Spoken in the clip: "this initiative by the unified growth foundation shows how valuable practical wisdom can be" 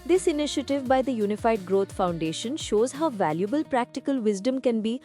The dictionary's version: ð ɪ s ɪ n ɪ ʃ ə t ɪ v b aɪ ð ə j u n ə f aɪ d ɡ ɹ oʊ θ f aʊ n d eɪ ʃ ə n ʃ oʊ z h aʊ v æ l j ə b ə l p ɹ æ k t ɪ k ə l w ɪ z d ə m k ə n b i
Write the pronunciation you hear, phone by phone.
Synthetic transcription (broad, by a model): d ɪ s ɪ n ɪ ʃ ə t ɪ v b aɪ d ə j u n ə f aɪ d ɡ ɹ oʊ t f aʊ n d eɪ ʃ ə n ʃ oʊ z h aʊ v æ l j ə b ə l p ɹ æ k t ɪ k ə l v ɪ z d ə m k ə n b i